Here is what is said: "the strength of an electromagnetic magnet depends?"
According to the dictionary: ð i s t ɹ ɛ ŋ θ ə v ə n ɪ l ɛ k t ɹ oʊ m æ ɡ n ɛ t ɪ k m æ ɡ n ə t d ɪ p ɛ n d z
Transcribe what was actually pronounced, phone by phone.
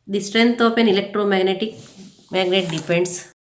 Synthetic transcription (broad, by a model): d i s t ɹ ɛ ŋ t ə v ə n ɪ l ɛ k t ɹ oʊ m æ ɡ n ɛ t ɪ k m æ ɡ n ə t d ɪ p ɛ n d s